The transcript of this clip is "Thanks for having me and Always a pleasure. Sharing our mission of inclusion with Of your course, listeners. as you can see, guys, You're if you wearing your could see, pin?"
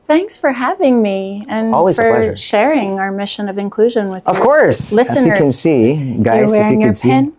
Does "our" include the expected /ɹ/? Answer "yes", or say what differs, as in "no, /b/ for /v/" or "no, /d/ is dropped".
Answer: yes